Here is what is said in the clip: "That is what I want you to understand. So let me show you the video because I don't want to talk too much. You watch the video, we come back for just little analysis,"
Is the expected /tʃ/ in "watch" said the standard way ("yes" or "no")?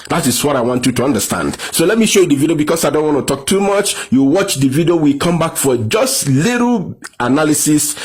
yes